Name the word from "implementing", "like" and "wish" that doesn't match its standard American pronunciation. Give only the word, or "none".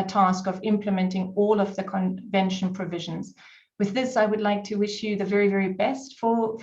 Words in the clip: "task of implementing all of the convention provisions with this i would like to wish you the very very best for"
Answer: none